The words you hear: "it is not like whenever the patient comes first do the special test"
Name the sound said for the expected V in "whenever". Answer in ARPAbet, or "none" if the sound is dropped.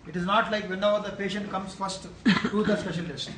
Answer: none